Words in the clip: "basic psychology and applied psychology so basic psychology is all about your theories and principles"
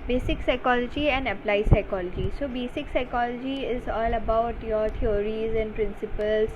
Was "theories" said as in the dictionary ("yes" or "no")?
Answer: no